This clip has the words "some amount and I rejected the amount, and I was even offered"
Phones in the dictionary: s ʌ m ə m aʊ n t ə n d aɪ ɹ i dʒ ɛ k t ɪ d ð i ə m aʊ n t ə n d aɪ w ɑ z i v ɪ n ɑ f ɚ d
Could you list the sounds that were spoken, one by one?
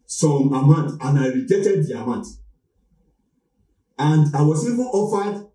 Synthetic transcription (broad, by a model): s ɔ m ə m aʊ n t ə n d aɪ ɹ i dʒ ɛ t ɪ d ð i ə m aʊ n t ə n d aɪ w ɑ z i v ɪ n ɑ f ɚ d